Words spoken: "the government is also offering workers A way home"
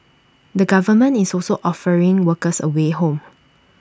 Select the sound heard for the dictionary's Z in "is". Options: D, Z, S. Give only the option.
S